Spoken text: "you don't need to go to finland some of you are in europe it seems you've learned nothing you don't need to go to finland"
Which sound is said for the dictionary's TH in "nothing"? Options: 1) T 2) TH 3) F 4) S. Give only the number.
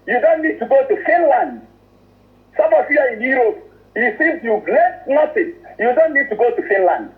4